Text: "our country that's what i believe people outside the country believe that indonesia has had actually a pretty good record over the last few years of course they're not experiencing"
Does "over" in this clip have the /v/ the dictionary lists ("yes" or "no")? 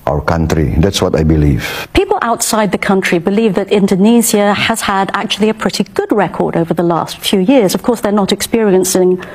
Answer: yes